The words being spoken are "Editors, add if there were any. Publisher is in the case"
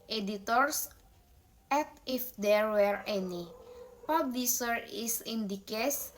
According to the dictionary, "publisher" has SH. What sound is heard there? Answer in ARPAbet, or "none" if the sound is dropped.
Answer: S